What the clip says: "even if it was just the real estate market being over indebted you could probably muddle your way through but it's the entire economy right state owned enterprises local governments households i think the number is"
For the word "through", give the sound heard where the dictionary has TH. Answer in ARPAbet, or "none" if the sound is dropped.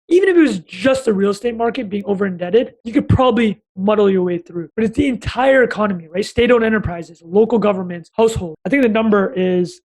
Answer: TH